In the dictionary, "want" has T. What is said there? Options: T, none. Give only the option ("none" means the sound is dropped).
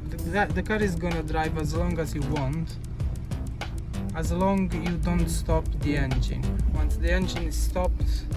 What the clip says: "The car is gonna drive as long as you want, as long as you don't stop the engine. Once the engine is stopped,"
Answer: T